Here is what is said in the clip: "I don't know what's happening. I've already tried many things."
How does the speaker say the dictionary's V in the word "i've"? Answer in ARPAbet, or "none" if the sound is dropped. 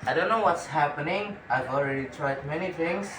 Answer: V